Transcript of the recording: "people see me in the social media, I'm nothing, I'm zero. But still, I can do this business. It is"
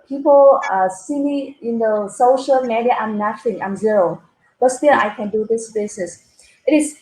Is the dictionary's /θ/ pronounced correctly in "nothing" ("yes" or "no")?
no